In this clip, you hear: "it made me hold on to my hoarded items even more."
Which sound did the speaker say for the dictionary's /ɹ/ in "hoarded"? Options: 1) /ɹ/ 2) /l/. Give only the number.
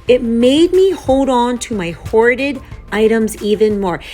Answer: 1